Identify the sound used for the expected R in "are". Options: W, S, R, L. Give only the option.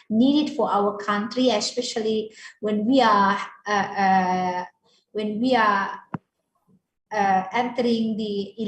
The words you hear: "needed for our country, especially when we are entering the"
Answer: W